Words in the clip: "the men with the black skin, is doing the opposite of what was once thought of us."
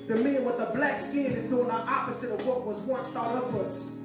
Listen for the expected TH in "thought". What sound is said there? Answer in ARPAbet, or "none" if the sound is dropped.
T